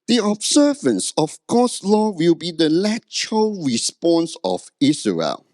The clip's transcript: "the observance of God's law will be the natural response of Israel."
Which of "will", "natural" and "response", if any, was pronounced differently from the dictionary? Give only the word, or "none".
natural